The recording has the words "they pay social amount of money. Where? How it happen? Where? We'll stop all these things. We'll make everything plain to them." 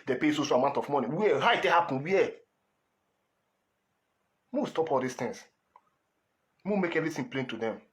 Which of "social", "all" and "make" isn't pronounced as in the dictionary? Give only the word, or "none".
none